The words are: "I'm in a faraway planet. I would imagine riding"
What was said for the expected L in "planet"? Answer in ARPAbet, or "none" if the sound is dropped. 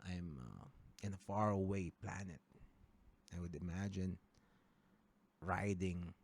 L